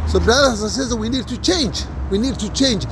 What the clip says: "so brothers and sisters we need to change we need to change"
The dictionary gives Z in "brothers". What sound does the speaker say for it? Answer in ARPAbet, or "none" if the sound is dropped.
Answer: none